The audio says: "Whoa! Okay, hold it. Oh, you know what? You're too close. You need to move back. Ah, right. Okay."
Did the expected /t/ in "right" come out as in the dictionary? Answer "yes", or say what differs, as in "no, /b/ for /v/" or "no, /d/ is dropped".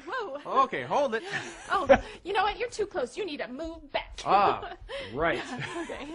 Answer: no, /t/ is dropped